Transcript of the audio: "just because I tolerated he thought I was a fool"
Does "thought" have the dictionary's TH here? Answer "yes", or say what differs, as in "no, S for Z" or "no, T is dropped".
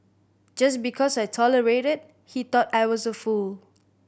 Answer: no, T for TH